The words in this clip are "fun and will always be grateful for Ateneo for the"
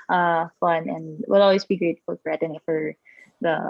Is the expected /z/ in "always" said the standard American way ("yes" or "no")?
no